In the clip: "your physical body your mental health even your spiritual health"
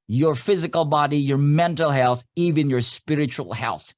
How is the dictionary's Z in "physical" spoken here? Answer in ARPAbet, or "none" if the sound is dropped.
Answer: Z